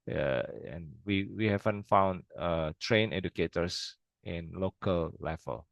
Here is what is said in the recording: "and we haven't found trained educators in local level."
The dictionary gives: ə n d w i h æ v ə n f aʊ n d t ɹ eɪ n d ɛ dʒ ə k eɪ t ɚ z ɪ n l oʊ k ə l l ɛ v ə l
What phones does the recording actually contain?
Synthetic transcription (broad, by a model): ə n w w i h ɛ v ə n f aʊ n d t ɹ eɪ n ɛ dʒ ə k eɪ t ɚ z ɪ n l oʊ k ə l l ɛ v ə l